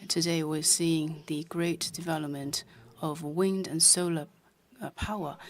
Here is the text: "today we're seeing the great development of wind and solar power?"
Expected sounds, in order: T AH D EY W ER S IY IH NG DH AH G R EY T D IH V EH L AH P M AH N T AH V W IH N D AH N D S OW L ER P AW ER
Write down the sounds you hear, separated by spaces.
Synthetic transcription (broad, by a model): T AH D EY W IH S IY IH NG DH AH G R EY T D IH V EH L AH P M AH N T AH V W IH N D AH N S OW L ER P AW ER